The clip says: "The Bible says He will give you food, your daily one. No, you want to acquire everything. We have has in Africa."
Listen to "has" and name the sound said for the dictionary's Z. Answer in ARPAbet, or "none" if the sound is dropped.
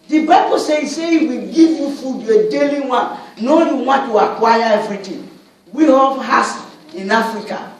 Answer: S